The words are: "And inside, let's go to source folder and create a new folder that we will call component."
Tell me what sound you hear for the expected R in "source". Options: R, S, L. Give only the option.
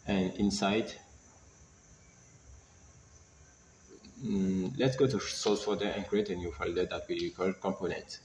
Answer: L